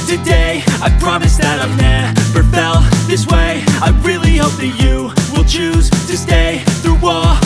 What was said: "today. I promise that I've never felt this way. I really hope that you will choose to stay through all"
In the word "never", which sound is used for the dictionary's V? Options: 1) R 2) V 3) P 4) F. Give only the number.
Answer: 3